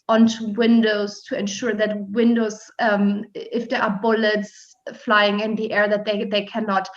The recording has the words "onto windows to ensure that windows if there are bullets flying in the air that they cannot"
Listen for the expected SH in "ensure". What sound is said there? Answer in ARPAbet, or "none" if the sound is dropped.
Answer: SH